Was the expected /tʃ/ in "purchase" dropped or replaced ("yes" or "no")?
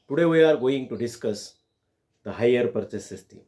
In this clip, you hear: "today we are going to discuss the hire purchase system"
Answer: yes